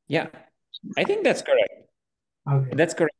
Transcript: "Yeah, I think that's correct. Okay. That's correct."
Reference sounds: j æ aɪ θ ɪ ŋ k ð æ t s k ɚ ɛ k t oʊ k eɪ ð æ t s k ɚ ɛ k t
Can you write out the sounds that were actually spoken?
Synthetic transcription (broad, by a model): j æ aɪ θ ɪ ŋ k ð æ t s k ɚ ɛ k t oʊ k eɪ ð æ t s k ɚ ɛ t